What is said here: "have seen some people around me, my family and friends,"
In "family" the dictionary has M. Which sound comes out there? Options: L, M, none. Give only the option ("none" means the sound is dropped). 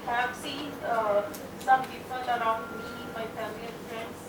none